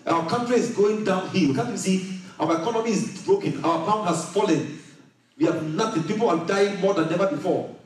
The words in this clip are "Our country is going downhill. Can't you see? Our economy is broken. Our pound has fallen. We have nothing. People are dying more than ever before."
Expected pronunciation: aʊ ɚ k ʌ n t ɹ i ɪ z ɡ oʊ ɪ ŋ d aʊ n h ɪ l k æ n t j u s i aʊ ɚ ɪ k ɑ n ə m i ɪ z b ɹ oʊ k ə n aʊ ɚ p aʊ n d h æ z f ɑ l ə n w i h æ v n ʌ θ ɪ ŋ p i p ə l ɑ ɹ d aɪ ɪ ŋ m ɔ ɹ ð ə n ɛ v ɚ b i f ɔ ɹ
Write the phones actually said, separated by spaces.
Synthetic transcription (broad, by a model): aʊ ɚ k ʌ n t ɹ i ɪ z ɡ oʊ ɪ ŋ d aʊ n h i w k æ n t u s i aʊ ɚ ɪ k ɑ n ə m i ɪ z b ɹ oʊ k ə n aʊ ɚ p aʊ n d h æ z f ɑ l ə n w i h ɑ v n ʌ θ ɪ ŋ p i p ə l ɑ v d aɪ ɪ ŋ m ɔ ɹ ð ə n ɛ v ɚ b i f ɔ